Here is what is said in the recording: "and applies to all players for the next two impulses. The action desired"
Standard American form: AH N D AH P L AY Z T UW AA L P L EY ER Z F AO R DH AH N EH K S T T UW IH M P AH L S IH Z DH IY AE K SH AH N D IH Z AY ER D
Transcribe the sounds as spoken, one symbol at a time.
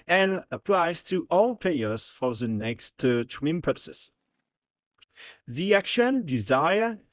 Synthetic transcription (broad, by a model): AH N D AH P L AY Z T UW AA L P EY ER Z F AO R DH AH N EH K S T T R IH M P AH S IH S DH IY AE K SH AH N D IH Z AY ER